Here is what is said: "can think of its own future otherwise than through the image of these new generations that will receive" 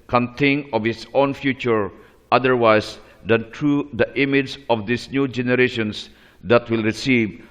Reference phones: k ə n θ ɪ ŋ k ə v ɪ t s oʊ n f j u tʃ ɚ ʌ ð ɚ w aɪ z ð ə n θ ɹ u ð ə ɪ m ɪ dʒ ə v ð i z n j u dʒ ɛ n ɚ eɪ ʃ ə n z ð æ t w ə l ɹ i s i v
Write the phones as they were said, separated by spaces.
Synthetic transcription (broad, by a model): k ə n t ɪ ŋ k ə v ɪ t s oʊ n f j u tʃ ɚ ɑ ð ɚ w aɪ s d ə n t ɹ u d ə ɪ m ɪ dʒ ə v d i s n j u dʒ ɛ n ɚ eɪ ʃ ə n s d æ t w ə l ɹ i s i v